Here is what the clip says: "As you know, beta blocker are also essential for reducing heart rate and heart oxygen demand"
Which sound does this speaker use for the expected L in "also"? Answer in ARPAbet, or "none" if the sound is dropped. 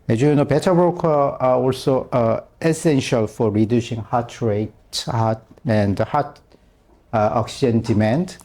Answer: L